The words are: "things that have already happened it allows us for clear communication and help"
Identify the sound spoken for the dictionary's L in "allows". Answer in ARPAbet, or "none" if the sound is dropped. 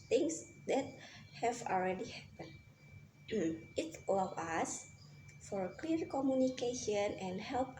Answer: none